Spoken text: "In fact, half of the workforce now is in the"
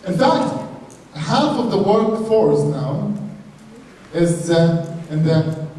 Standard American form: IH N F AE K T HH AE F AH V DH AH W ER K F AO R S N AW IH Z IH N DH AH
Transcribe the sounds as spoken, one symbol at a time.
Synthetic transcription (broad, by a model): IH N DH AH T HH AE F AH V DH AH W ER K F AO R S N AW IH Z IH N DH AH